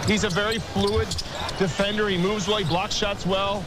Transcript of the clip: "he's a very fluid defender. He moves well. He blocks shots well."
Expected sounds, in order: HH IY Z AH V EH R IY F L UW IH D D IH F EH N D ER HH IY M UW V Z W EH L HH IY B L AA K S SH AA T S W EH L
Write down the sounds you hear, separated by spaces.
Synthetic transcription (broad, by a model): HH IY Z AH V EH R IY F L UW IH D D IH F EH N D ER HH IY M UW V Z W EH L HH IY B L AA K S SH AA T S W EH L